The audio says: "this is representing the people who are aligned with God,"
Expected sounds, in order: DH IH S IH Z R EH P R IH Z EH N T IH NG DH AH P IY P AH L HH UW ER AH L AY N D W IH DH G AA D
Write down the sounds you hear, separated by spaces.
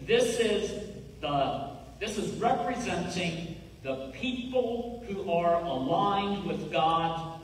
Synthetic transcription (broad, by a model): DH IH S IH Z R EH P R IH Z EH N T IH NG DH AH P IY P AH L HH UW ER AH L AY N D W IH DH G AA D